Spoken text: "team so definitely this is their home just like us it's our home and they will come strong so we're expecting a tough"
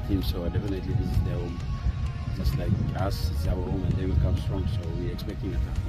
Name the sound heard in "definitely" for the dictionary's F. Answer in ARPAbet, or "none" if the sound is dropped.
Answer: F